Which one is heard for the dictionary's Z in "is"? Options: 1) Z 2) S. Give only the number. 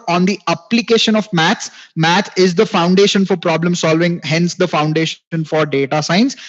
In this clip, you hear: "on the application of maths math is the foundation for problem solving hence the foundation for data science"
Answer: 1